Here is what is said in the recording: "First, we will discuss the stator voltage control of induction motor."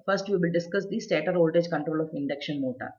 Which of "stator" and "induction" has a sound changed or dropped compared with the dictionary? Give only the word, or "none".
none